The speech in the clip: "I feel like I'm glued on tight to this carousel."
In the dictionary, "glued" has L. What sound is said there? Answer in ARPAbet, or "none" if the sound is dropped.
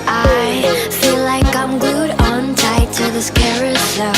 none